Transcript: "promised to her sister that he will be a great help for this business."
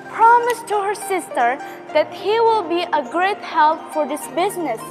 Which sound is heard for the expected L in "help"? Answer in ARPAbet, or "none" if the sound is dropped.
L